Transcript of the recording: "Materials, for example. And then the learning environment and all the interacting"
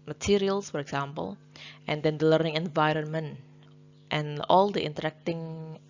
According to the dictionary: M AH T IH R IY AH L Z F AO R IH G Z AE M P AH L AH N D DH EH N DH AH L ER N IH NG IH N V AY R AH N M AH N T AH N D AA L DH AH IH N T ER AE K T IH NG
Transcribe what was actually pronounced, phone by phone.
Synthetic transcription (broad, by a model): M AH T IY R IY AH L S F AO R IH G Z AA M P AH L AH N D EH N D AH L ER N IH NG IH N V AY R AH N M AH N T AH N AA L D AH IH N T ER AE K T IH NG